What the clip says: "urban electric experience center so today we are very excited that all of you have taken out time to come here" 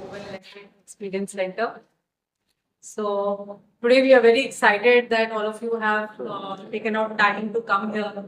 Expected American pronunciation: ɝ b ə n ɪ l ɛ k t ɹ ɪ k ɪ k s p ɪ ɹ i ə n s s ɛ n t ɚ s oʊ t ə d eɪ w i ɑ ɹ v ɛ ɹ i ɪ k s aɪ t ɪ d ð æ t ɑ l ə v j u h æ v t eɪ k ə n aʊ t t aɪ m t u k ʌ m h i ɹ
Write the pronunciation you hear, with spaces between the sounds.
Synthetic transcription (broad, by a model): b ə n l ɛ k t ɪ ɪ k s p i ɹ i ə n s s ɛ n t ɚ s oʊ t ə d eɪ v i ɑ ɹ v ɛ ɹ i ɪ k s aɪ t ɪ d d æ t ɑ l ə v j u h æ v t eɪ k ə n aʊ t t aɪ m t u k ʌ m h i ɹ